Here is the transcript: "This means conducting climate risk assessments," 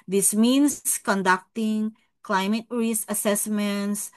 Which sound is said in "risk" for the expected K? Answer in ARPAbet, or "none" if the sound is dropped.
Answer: none